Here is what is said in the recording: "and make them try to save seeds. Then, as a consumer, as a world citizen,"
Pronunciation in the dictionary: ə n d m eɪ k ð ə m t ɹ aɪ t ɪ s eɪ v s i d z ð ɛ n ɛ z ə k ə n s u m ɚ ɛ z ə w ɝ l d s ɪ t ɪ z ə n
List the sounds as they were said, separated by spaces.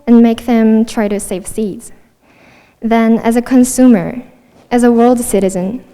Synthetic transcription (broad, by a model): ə n m eɪ k ð ə m t ɹ aɪ t ɪ s eɪ v s i d z ð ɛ n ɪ z ə k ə n s u m ɚ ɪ z ə w ɝ l d s ɪ t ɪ z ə n